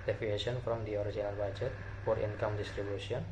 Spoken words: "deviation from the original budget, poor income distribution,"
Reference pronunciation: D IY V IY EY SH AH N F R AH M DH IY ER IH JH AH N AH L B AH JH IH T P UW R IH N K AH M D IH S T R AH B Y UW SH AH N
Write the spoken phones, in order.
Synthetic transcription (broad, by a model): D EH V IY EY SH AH N F R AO M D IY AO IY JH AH N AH L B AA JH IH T F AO R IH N K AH M D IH S T R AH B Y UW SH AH N